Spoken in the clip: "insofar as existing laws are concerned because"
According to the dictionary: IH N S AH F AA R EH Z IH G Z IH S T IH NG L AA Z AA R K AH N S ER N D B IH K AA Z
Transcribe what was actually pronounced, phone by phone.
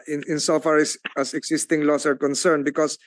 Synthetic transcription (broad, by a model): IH N S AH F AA R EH S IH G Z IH S T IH NG L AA S AA R K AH N S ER N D B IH K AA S